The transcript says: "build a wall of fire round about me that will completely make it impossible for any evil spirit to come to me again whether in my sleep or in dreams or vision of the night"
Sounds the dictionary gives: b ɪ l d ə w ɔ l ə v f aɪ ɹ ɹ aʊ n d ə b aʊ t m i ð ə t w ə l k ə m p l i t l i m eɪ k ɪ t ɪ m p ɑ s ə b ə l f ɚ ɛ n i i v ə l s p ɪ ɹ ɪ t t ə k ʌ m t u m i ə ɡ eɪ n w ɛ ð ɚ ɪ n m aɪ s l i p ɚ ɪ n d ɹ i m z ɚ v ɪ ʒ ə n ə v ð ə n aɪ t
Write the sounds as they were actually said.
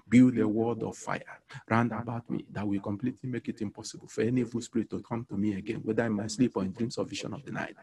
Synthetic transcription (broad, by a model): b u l ə w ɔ l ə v f aɪ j ɹ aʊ n d ə b aʊ t m i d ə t w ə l k ə m p l i t l i m eɪ k ɪ t ɪ m p ɑ s ə b ə l f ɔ ɛ n i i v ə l s p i ɹ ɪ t t ə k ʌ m t u m i ə ɡ eɪ n w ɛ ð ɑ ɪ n m aɪ s l i p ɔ ɪ n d ɹ i m s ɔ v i ʃ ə n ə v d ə n aɪ t